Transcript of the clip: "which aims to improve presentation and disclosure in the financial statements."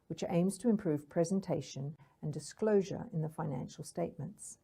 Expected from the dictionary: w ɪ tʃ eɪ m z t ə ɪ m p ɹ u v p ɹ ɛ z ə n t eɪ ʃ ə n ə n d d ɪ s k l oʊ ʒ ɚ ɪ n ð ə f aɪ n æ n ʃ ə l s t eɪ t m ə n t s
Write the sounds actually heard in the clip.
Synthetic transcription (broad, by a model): w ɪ tʃ eɪ m z t ə ɪ m p ɹ u v p ɹ ɛ z ə n t eɪ ʃ ə n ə n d d ɪ s k l oʊ ʒ ɚ ɪ n ð ə f aɪ n æ n ʃ ə l s t eɪ t m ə n t s